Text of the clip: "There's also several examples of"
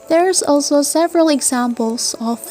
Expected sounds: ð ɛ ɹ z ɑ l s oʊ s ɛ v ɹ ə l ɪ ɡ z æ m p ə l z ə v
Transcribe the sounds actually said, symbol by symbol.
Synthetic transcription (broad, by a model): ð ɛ ɹ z ɑ l s oʊ s ɛ v ɹ ə l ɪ ɡ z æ m p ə l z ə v